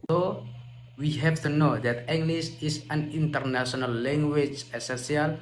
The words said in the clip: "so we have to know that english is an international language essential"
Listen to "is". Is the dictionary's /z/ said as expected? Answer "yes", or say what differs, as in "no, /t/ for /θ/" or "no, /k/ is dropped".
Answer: no, /s/ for /z/